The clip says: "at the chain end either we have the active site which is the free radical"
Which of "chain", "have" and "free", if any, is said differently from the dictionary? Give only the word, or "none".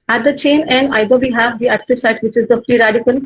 free